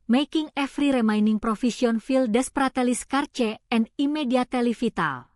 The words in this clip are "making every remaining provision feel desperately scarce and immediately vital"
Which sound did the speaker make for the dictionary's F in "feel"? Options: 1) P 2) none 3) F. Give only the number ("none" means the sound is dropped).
3